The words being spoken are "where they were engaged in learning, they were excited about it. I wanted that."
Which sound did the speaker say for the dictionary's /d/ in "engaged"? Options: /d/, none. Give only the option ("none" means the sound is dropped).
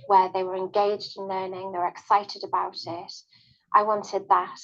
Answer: /d/